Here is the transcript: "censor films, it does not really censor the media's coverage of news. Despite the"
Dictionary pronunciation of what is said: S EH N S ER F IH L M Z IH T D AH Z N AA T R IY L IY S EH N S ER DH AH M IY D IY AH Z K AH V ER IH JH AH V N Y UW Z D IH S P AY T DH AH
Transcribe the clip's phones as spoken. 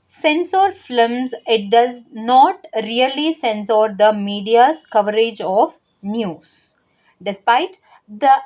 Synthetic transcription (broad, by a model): S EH N S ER F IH M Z IH T D AH Z N AA T R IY L IY S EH N S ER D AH M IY D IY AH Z K AH V ER IH JH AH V N Y UW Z D IH S P AY T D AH